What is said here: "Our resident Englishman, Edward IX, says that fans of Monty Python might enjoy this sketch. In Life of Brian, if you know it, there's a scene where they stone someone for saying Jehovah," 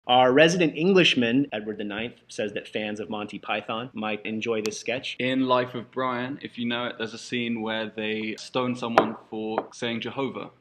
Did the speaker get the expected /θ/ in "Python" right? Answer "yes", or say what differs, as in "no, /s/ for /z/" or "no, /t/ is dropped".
yes